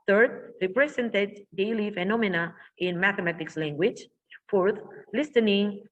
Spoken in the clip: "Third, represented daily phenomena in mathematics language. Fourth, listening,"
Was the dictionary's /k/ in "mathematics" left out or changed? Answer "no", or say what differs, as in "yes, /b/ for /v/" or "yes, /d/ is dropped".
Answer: no